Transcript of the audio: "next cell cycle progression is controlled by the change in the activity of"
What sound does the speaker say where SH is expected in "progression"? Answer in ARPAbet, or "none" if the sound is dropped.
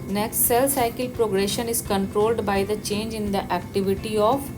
SH